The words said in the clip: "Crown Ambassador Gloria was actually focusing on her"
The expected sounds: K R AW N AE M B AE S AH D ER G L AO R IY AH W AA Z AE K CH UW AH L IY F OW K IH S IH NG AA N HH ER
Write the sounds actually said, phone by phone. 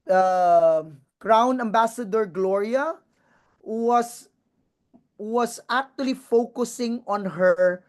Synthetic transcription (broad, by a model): K R AW N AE M B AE S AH D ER G L AO R IY AH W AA S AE K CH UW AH L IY F OW K IH S IH NG AA N HH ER